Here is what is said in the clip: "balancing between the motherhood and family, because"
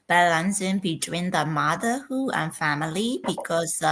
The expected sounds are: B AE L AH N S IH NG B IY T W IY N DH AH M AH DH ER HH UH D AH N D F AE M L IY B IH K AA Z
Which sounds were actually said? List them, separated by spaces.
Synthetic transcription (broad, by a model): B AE L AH N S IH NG B IY T W IY N DH AH M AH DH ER HH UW AH N F AE M L IY B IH K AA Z